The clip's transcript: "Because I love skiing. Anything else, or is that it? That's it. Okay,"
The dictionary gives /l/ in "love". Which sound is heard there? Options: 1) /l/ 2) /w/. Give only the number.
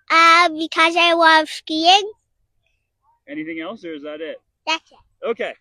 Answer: 2